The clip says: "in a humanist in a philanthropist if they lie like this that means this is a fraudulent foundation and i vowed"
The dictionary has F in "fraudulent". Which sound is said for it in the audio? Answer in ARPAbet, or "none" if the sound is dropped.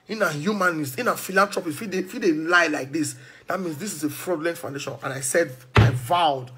P